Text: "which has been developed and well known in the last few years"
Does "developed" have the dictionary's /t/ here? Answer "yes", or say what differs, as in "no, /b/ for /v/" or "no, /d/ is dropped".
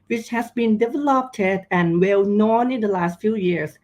yes